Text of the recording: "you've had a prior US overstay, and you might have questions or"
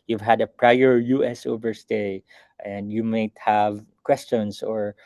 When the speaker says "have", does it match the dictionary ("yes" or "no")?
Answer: yes